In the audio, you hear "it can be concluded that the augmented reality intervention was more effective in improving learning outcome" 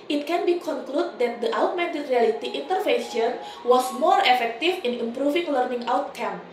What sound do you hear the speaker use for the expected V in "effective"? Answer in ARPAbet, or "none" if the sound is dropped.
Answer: F